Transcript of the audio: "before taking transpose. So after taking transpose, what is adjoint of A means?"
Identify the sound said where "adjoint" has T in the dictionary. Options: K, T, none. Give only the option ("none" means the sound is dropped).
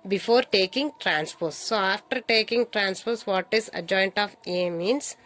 T